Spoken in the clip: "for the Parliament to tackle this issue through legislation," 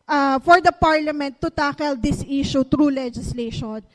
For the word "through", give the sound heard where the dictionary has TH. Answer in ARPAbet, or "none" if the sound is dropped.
T